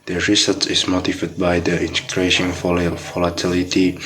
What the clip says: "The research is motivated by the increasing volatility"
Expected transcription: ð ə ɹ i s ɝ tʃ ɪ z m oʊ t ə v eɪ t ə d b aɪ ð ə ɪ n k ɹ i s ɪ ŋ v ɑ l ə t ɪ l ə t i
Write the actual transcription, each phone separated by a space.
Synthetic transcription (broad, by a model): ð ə ɹ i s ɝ s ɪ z m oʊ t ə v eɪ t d b aɪ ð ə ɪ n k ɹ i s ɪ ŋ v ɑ l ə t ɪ l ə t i